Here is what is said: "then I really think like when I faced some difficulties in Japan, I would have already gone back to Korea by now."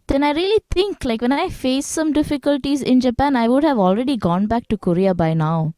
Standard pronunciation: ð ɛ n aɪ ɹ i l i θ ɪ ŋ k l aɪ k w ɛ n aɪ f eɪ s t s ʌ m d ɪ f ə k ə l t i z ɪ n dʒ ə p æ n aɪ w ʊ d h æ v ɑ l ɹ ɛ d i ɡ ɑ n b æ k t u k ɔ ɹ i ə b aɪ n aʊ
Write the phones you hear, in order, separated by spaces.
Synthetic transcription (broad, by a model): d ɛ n aɪ ɹ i l i t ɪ ŋ k l aɪ k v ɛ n aɪ f eɪ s s ʌ m d ɪ f ə k ə l t i z ɪ n dʒ ə p æ n aɪ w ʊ d h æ v ɑ l ɹ ɛ d i ɡ ɑ n b æ k t u k ɔ ɹ i ə b aɪ n aʊ